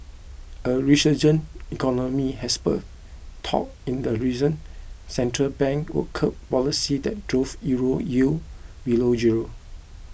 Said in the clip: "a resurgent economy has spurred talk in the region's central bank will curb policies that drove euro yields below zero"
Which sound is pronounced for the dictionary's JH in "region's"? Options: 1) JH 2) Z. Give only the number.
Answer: 2